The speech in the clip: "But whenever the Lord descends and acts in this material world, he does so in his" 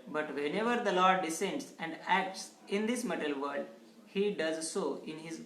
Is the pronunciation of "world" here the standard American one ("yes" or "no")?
no